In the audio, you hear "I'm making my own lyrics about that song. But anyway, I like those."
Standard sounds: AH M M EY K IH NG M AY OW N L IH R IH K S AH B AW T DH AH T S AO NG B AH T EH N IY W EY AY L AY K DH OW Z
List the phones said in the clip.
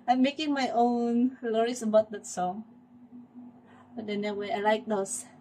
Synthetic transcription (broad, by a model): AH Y M EY K IH NG M AY OW N L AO R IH S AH B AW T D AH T S AO NG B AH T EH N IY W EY AY L AY K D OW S